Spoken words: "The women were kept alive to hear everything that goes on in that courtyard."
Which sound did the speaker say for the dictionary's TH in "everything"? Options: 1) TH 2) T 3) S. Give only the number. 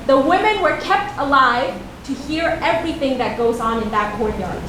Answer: 1